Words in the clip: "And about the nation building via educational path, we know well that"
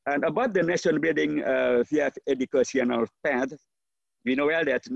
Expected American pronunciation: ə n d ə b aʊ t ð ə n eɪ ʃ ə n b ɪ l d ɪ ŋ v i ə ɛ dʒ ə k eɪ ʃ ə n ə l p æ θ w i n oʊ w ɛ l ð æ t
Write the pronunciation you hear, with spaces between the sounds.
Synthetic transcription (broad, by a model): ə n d ə b aʊ t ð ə n eɪ ʃ ə n b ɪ l d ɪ ŋ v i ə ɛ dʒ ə k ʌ s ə n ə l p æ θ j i n oʊ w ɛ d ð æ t